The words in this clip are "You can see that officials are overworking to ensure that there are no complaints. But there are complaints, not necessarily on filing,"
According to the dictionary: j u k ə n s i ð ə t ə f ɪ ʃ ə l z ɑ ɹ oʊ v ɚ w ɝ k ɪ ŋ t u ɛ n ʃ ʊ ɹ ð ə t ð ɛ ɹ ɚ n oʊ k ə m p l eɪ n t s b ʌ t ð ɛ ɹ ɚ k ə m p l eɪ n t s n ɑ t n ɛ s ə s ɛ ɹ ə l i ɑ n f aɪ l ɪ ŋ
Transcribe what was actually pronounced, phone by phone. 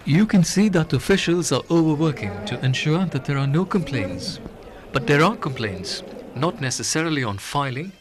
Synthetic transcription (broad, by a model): j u k ə n s i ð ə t ə f ɪ ʃ ə l z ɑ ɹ oʊ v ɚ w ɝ k ɪ ŋ t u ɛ n ʃ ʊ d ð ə t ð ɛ ɹ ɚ n oʊ k ə m p l eɪ n t s b ʌ t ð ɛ ɹ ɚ k ə m p l eɪ n t s n ɑ t n ɛ s ə s ɛ ɹ ə l i ɑ n f aɪ l ɪ ŋ